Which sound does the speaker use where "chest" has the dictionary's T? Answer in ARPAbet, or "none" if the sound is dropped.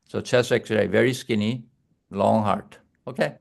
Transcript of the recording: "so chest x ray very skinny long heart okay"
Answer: none